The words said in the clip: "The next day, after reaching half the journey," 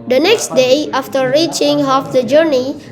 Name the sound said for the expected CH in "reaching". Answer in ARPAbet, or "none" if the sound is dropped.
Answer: CH